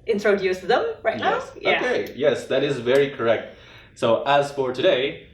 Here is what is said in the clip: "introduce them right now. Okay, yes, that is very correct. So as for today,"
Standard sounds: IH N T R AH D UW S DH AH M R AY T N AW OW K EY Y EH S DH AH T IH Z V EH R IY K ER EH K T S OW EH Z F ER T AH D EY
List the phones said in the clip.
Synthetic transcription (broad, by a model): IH N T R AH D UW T DH AH M R AY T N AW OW K EY Y EH S DH AH T IH Z V EH R IY K ER EH K T S OW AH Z F ER T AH D EY